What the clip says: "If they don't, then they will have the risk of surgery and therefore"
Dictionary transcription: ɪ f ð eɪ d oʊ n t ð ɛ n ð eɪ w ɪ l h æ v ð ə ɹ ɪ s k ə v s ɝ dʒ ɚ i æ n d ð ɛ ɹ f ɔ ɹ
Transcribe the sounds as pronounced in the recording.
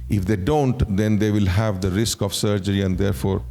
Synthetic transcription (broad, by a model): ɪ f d eɪ d oʊ n t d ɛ n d eɪ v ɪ l h æ v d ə ɹ ɪ s k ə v s ɝ dʒ ɚ i æ n d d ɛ ɹ f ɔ ɹ